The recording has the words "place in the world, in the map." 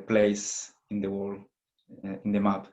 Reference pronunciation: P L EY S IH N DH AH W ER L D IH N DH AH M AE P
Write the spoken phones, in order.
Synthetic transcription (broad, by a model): P L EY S IH N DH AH W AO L IH N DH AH M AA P